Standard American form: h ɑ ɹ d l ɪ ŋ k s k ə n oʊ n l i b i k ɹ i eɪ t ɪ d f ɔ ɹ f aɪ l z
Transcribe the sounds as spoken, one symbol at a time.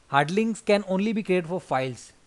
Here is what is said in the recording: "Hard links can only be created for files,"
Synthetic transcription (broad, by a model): h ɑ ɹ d l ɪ ŋ s k ə n oʊ n l i b i k ɹ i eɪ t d f ɔ ɹ f aɪ l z